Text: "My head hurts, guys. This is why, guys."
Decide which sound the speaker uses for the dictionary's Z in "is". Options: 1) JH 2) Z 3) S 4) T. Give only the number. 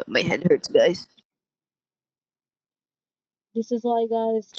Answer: 2